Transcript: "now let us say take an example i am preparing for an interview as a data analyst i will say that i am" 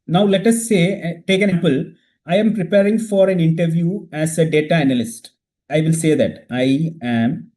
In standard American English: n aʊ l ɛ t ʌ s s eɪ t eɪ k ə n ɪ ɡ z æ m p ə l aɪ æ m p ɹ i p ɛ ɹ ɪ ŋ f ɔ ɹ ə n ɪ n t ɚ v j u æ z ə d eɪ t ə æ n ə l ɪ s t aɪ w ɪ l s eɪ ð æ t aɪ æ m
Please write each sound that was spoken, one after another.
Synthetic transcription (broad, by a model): n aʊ l ɛ t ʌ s s eɪ t eɪ k ə n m p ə l aɪ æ m p ɹ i p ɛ ɹ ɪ ŋ f ɔ ɹ ə n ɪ n t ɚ v j u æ s ə d eɪ t ə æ n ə l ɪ s t aɪ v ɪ l s eɪ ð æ t aɪ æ m